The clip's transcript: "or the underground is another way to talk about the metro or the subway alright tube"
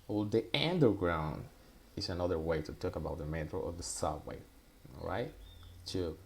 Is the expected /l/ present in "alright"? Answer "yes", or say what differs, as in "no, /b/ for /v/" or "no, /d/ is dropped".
no, /l/ is dropped